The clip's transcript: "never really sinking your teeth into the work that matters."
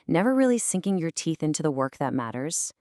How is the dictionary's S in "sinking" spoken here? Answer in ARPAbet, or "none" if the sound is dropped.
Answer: S